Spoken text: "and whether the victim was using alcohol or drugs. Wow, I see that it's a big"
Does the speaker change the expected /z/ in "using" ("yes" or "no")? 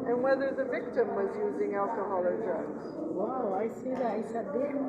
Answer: no